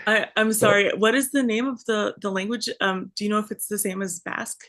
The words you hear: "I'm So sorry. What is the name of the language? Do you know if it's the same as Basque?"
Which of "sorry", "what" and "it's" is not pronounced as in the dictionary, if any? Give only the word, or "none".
none